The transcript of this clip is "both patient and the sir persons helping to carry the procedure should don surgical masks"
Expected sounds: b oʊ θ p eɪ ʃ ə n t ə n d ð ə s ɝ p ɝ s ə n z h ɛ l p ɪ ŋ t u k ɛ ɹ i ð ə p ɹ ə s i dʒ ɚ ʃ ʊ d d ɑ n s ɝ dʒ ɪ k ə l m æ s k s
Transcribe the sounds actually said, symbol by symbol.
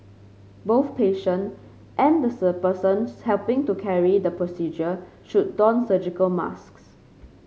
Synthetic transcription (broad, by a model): b oʊ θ p eɪ ʃ ə n t ə n d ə s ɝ p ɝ s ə n s h ɛ l p ɪ ŋ t u k ɛ ɹ i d ə p ɹ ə s i dʒ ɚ ʃ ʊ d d ɑ n s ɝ dʒ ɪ k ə l m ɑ s k s